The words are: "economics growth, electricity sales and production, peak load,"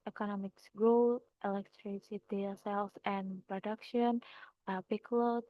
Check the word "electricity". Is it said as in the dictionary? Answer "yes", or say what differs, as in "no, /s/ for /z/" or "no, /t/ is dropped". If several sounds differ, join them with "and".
yes